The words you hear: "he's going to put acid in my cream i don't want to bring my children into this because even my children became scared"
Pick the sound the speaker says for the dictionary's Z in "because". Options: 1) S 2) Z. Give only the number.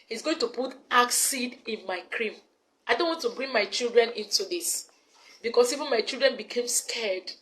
1